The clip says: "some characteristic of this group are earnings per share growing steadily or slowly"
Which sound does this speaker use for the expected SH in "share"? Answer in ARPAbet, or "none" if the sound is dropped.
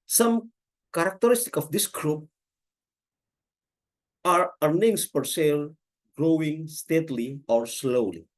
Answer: S